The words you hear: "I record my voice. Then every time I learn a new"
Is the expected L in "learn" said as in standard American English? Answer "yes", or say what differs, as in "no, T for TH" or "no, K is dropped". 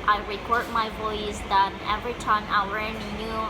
no, W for L